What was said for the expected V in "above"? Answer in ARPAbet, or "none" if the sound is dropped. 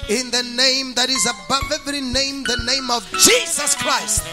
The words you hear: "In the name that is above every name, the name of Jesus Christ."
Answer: V